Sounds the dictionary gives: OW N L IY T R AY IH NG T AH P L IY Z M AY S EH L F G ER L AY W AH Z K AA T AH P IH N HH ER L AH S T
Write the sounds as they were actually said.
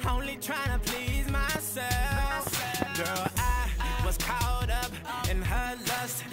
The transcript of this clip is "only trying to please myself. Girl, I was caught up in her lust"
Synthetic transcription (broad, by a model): OW N L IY T R AY IH NG T AH P L IY Z M AY S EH L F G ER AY W AH Z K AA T AH P IH N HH ER L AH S T